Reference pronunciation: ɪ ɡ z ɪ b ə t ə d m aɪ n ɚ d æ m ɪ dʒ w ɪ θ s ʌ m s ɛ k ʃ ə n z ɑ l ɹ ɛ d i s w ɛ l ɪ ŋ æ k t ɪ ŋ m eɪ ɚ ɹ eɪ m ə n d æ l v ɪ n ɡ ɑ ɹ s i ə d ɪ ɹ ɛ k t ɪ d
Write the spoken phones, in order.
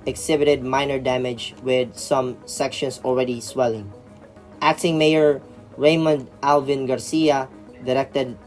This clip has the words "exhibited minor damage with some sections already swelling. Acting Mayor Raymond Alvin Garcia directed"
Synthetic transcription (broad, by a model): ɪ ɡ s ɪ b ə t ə d m aɪ n ɚ d æ m ɪ dʒ w ɪ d s ʌ m s ɛ k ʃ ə n s ɑ l ɹ ɛ d i s w ɛ l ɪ ŋ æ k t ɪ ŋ m eɪ ɚ ɹ eɪ m ə n d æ l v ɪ n ɡ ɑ ɹ s i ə d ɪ ɹ ɛ k t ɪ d